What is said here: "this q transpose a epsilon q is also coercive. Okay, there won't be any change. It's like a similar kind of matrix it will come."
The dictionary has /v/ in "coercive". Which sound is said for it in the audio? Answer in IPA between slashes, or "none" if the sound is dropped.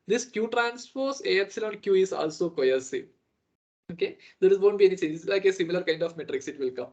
none